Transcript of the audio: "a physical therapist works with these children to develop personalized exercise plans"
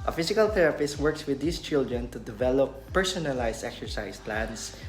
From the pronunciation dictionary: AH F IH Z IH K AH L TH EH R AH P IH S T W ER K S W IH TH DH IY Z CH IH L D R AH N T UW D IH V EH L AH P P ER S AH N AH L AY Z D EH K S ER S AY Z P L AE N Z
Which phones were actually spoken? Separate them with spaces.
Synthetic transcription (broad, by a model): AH F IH S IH K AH L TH EH R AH P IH S T W ER K S W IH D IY S CH IH L D R AH N T UW D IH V EH L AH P P ER S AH N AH L AY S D EH K S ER S AY S P L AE N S